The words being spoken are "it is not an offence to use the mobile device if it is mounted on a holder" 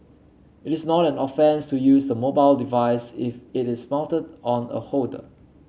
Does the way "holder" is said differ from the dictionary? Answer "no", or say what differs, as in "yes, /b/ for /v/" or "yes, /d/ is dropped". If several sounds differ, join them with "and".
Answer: yes, /l/ is dropped